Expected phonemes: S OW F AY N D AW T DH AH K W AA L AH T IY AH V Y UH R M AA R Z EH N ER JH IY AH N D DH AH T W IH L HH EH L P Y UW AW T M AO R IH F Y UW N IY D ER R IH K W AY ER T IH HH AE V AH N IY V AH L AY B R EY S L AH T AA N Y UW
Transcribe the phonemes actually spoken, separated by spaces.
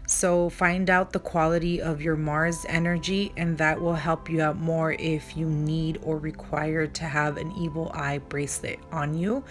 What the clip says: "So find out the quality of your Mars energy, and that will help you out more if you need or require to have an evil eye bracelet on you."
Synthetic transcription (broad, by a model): S OW F AY N D AW T DH AH K W AA L AH T IY AH V Y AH R M AA R Z EH N ER JH IY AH N DH AH T W IH L HH EH L P Y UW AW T M AO R IH F Y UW N IY D ER R IH K W AY ER T IH V AH N IY V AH L AY B R EY S L AH T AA N Y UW